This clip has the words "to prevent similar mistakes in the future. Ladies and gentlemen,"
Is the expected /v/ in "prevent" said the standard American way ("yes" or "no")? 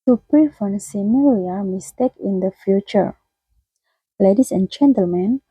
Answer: no